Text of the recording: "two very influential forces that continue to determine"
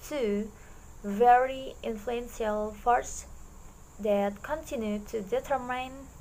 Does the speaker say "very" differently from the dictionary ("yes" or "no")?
no